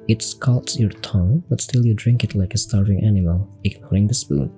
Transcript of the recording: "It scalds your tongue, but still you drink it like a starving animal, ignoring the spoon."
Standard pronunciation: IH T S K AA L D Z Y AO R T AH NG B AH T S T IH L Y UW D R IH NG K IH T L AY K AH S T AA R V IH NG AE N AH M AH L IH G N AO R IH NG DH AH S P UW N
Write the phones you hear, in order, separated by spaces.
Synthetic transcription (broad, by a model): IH T S K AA L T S Y AO R T AH NG B AH T S T IH L Y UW D R IH NG K IH T L AY K AH S T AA R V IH NG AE N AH M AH L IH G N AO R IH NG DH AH S P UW N